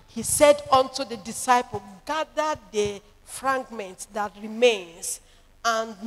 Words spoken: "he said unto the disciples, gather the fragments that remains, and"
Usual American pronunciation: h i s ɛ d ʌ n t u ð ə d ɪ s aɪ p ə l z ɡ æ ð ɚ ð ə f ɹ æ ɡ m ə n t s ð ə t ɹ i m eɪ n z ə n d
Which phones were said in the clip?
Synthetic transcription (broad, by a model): h i s ɛ d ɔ n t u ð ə d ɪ s aɪ p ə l ɡ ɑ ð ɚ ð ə f ɹ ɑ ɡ m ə n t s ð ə t ɹ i m eɪ n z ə n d